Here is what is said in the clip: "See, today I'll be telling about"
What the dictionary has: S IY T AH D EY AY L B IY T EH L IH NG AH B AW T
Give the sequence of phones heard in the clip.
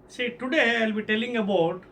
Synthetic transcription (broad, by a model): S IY T AH D EY AY L B IY T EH L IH NG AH B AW T